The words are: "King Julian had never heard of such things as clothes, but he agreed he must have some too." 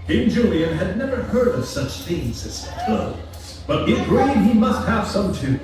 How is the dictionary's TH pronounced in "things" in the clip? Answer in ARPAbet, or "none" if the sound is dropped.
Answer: TH